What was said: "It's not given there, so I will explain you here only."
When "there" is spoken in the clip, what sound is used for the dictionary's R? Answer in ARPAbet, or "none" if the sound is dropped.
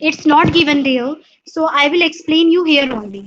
L